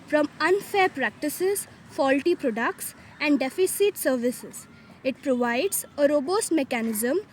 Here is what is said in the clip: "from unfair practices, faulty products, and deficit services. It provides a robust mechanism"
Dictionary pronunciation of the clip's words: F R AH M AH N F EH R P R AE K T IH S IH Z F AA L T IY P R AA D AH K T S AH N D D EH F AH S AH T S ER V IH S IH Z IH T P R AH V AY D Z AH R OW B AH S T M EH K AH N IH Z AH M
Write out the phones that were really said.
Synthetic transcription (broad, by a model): F R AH M AH N F EH R P R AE K T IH S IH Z F AA L T IY P R AA D AH K T S AH N D D EH F AH S AH T S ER V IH S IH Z IH T P R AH V AY D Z AH R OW B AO S T M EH K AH N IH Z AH M